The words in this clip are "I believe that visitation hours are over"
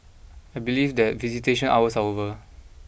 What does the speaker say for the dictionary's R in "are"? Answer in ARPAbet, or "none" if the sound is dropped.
W